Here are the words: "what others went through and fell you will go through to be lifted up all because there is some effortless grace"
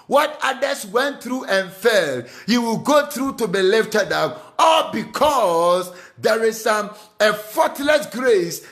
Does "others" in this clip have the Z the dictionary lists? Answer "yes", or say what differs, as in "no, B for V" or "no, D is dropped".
no, S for Z